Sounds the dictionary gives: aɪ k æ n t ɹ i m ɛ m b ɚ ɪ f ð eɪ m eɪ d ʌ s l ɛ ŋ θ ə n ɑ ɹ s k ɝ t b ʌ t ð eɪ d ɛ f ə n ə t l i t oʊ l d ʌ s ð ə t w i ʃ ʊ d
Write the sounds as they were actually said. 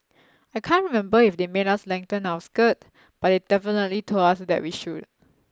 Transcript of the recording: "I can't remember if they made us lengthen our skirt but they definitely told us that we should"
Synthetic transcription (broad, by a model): aɪ k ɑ n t ɹ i m ɛ m b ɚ ɪ f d eɪ m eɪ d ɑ s l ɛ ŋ t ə n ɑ w s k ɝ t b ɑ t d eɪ d ɛ f ə n ə t l i t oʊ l ɑ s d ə t w i ʃ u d